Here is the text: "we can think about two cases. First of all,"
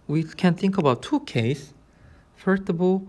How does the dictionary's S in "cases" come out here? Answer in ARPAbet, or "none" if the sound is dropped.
none